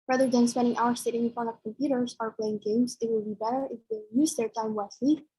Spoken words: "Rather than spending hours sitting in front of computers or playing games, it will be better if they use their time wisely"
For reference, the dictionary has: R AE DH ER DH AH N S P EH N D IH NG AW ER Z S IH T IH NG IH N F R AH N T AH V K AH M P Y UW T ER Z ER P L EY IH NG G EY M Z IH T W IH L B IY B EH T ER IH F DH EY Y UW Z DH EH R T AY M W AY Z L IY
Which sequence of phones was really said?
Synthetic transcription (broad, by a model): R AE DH ER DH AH N S P EH N D IH NG AW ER S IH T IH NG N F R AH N AH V K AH M P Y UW T ER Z ER P L EY IH NG G EY M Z IH T W IH L B IY B EH T ER IH F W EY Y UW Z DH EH R T AY M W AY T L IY